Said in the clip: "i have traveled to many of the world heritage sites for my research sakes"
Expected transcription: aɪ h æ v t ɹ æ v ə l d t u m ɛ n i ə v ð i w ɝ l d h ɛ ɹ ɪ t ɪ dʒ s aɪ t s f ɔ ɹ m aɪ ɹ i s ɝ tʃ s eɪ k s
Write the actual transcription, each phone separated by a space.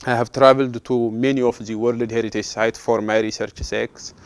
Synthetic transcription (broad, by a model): aɪ h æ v t ɹ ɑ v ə l d t u m ɛ n i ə f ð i w ɝ l d h ɛ ɹ ɪ t ɪ dʒ s aɪ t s f ɔ ɹ m aɪ ɹ i s ɝ tʃ s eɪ k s